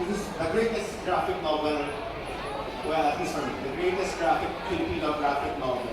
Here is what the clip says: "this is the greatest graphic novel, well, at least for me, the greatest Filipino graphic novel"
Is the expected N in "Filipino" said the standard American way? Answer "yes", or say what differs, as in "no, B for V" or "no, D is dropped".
no, N is dropped